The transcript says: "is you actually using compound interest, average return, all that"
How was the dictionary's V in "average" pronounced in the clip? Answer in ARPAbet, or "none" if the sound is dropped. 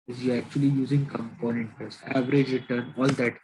V